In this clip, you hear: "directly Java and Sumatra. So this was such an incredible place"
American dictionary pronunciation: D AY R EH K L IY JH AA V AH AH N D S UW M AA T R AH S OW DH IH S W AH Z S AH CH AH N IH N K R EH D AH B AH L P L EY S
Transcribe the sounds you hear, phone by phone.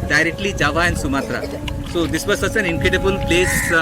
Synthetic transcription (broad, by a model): D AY R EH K L IY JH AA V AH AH N S UW M AA T R AH S OW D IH S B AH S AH S AH N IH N K R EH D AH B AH L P L EY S